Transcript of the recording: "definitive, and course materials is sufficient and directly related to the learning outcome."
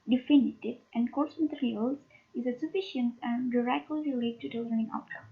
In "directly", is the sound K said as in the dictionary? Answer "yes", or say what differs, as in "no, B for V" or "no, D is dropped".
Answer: no, K is dropped